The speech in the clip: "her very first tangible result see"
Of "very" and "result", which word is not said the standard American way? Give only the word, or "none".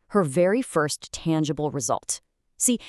none